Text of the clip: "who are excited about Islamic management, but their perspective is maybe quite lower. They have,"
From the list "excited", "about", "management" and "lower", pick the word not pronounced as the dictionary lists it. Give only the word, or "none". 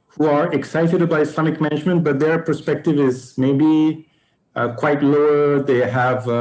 about